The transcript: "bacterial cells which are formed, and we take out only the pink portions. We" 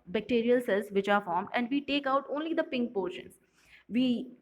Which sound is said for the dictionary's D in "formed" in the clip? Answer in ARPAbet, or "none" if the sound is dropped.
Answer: D